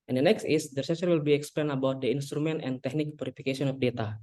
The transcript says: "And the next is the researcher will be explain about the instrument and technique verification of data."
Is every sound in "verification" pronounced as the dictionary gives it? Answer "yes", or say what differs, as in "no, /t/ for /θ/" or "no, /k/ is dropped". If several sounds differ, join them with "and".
no, /p/ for /v/ and /s/ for /ʃ/